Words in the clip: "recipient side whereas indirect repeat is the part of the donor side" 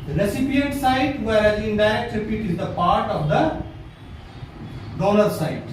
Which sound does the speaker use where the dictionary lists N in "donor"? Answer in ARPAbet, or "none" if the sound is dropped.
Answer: L